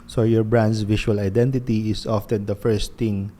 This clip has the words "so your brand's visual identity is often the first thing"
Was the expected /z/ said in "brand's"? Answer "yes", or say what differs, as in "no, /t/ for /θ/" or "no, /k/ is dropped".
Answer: no, /s/ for /z/